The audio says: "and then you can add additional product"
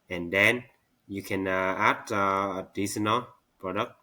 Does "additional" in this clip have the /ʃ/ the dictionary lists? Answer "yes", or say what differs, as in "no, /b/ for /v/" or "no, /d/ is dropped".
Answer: no, /s/ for /ʃ/